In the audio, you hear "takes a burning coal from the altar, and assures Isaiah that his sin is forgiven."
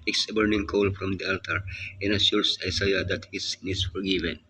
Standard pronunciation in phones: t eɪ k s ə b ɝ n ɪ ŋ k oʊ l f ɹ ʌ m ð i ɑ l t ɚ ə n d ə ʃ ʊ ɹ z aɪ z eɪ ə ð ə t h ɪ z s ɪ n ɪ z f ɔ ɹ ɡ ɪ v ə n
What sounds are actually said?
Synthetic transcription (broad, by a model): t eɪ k s ə b ɝ n ɪ ŋ k oʊ l f ɹ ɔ m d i ɑ l t ɚ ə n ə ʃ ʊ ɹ s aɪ s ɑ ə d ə t h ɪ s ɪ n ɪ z f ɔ ɹ ɡ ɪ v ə n